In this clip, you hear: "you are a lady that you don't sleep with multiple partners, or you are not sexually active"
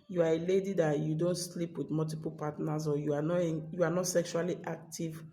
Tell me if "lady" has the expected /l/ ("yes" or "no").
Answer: yes